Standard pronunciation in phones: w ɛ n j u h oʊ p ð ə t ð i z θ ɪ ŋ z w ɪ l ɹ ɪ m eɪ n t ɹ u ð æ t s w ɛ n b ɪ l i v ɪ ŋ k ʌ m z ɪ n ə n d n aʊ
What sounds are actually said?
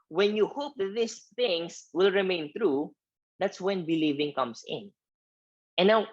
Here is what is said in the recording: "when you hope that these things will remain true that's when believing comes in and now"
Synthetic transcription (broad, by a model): w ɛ n j u h oʊ p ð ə t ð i s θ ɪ ŋ s w ɪ l ɹ ɪ m eɪ n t ɹ u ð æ t s w ɛ n b ɪ l i v ɪ ŋ k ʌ m s ɪ n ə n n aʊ